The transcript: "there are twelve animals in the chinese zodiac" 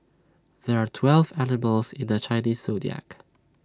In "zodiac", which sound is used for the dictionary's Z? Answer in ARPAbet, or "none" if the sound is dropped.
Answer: S